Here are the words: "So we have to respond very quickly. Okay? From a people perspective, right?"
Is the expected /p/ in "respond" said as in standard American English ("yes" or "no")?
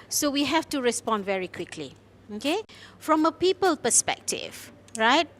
yes